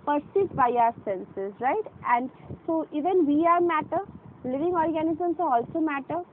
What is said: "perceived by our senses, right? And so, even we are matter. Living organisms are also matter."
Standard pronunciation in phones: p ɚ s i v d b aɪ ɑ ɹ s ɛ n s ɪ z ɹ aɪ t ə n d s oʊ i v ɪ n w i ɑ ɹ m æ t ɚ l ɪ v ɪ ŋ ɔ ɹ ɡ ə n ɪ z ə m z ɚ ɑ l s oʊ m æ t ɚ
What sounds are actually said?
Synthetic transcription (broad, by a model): p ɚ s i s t b aɪ ɑ ɹ s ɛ n s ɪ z ɹ aɪ t ə n d s oʊ i v ɪ n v i ɑ ɹ m æ t ɚ l ɪ v ɪ ŋ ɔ ɹ ɡ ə n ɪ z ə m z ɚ ɑ l s oʊ m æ t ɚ